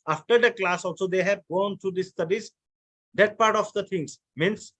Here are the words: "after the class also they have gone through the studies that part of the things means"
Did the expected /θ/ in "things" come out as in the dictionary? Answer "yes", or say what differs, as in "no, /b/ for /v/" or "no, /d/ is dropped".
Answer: no, /t/ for /θ/